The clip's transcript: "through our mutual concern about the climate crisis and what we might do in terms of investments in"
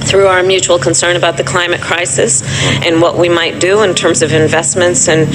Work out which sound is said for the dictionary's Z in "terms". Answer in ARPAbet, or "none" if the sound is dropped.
Z